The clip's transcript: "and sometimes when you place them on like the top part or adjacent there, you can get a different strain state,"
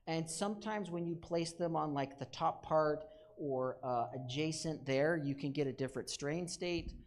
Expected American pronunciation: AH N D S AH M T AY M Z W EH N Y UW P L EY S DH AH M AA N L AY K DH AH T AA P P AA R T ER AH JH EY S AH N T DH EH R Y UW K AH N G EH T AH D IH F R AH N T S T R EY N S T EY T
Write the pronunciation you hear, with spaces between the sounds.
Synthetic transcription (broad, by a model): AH N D S AH M T AY M Z W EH N Y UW P L EY S DH AH M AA N L AY K DH AH T AA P P AA R T ER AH JH EY S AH N DH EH R Y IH K AH N G EH T AH D IH F R AH N T S T R EY N S T EY T